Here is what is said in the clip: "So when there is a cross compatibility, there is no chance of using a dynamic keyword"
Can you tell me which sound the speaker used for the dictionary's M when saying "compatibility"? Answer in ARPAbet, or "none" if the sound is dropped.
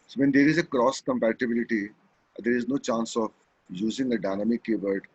M